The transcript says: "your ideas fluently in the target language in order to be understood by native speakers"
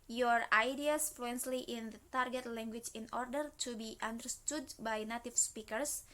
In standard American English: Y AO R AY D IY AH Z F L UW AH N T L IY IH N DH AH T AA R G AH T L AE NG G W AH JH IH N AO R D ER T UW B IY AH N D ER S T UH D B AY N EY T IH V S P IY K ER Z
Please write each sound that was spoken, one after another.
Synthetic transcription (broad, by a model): Y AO R AY D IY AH S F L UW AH N S L IY IH N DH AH T AA R G AH T L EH NG G W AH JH IH N AO R D ER T UW B IY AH N D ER S T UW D B AY N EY T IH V S P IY K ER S